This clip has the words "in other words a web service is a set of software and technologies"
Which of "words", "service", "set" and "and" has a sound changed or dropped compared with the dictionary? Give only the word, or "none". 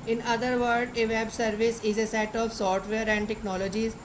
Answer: words